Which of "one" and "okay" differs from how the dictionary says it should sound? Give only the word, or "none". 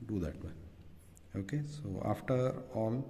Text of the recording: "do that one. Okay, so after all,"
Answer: one